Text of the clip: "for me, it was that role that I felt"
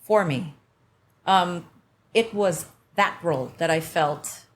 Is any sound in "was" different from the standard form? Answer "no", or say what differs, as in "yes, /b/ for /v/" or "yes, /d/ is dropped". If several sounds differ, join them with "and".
no